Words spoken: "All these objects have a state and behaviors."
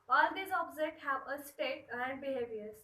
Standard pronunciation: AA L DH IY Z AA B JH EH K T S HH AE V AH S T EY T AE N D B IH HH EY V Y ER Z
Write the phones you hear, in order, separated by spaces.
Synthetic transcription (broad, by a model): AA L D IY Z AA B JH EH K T HH AE V AH S T EY T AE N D B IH HH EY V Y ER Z